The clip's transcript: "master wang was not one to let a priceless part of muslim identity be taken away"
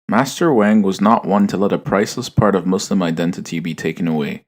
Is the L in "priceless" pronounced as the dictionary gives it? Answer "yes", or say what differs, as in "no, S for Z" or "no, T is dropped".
yes